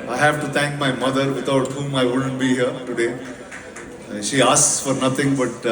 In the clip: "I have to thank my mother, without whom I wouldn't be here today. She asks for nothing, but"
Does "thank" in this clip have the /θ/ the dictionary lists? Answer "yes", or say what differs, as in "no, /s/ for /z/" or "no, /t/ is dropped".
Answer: no, /t/ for /θ/